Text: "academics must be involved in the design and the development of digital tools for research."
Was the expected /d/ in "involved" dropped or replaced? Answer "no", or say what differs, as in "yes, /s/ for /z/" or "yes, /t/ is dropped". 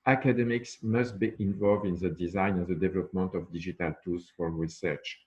no